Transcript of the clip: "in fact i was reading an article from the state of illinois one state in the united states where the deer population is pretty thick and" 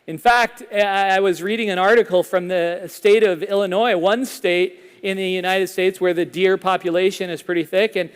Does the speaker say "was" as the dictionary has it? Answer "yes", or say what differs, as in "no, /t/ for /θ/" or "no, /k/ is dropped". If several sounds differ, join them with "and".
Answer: yes